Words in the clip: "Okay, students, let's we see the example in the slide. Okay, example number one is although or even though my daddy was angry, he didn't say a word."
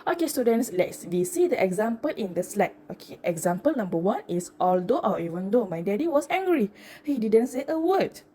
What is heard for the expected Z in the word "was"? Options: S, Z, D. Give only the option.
S